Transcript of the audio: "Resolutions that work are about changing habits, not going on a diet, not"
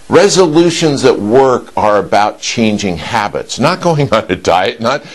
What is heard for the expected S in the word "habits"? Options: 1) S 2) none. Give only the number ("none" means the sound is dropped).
1